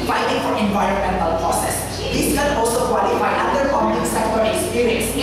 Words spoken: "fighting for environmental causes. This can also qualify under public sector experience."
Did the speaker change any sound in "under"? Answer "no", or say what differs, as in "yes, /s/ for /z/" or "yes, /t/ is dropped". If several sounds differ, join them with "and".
yes, /n/ is dropped